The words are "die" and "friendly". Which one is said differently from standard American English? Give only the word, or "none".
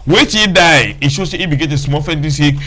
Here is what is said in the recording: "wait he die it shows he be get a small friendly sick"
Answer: friendly